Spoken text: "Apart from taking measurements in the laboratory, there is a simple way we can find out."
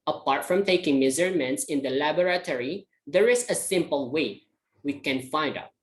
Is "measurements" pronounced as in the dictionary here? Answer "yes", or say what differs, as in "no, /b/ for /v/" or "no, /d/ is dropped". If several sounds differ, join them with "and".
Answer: no, /z/ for /ʒ/